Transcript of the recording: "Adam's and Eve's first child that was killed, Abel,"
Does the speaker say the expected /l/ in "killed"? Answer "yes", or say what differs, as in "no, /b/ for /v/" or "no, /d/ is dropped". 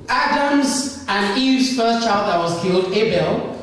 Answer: yes